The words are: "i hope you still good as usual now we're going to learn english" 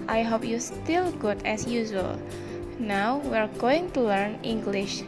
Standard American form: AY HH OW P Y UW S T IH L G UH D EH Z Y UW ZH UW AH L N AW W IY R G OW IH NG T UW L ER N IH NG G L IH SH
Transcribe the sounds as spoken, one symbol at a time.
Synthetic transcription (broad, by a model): AY HH OW P Y UW S T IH L G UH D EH S Y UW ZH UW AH L N AW W IY R G OW IH NG T UW L ER N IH NG G L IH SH